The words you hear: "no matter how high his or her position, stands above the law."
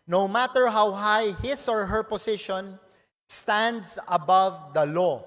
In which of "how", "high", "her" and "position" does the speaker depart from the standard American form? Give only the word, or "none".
position